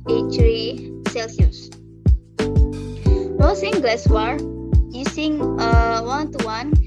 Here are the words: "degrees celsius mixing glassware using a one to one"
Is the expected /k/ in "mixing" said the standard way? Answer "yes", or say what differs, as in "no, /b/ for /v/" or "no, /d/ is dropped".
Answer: no, /k/ is dropped